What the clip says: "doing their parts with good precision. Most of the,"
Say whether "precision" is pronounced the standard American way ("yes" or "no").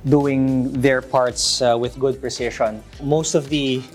no